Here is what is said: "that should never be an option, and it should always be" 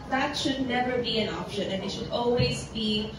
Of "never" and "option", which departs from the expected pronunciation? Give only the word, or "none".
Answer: none